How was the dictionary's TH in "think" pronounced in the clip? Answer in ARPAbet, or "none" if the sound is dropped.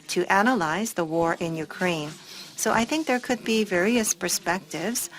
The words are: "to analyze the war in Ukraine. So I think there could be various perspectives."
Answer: TH